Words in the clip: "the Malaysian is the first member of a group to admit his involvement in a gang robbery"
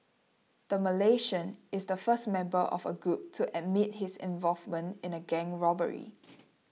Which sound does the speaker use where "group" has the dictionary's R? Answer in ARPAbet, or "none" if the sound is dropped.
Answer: R